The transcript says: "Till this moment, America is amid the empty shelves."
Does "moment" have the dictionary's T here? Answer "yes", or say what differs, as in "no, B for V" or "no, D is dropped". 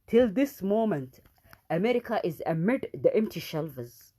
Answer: yes